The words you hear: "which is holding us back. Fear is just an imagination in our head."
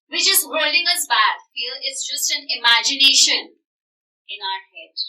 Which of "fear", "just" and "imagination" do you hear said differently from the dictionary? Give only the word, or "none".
fear